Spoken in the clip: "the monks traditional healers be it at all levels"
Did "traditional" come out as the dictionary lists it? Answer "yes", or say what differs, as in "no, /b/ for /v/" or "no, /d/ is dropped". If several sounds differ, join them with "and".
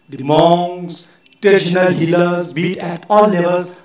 no, /ɹ/ is dropped